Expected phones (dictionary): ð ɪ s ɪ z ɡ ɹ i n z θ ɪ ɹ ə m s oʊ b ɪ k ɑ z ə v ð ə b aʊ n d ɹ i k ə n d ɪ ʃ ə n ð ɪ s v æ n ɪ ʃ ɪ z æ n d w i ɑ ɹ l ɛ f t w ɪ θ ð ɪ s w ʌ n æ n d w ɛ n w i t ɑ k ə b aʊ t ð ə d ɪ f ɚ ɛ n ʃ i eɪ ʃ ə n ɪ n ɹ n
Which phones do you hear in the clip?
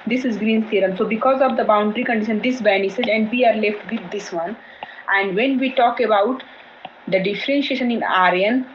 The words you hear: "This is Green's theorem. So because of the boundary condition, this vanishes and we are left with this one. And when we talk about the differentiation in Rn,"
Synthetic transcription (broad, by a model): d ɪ s ɪ z ɡ ɹ i n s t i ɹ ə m s oʊ b ɪ k ɑ z ə v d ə b aʊ n d ɹ i k ə n d ɪ ʃ ə n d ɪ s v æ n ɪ s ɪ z æ n d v i ɑ ɹ l ɛ f t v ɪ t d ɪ s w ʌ n æ n d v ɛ n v i t ɑ k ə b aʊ t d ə d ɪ f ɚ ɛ n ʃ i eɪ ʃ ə n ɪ n ɹ n